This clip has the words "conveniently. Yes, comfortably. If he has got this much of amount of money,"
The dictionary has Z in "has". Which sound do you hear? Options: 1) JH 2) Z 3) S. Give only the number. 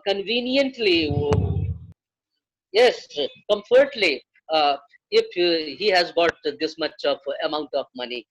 2